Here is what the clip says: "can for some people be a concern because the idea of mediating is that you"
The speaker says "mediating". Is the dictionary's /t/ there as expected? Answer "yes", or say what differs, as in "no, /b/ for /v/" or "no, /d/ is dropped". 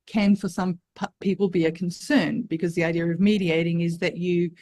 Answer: yes